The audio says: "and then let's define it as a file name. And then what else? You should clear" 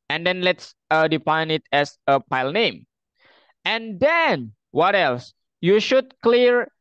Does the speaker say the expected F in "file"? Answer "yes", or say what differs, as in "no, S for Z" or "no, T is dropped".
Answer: no, P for F